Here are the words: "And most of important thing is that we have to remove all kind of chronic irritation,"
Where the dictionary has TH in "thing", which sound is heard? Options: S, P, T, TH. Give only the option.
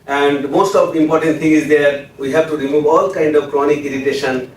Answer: T